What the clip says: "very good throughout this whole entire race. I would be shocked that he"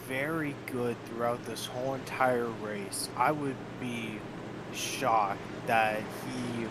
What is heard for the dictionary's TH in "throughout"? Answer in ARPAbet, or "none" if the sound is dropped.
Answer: TH